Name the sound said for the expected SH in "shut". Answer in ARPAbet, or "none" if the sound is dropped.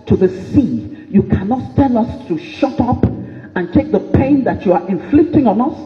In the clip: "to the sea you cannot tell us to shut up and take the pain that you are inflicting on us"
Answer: SH